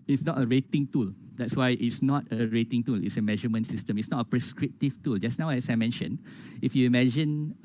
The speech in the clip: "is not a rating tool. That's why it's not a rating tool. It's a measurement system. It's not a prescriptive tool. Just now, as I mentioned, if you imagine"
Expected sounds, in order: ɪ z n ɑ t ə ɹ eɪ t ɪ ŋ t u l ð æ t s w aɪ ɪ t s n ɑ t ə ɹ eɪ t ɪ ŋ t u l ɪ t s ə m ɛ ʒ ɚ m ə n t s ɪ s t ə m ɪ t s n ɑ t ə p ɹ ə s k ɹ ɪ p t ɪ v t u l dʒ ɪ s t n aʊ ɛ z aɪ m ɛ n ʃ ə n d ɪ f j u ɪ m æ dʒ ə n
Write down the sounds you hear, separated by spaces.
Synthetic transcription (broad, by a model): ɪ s n ɑ t ə ɹ eɪ t ɪ ŋ t u l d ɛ t s w aɪ ɪ t s n ɑ t ə ɹ eɪ t ɪ ŋ t u l ɪ t s ə m ɛ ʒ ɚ m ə n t s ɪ s t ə m ɪ t s n ɑ t ə p ɹ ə s k ɹ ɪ p t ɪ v t u l dʒ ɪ s n aʊ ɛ s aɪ m ɛ n ʃ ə n ɪ f j u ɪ m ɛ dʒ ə n